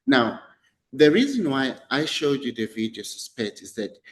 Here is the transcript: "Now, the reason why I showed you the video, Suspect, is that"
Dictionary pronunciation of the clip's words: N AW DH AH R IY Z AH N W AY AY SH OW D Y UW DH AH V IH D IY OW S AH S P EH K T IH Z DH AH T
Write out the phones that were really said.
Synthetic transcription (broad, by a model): N AW DH AH R IY Z AH N W AY AY SH OW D Y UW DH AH V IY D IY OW S AH S P EH K T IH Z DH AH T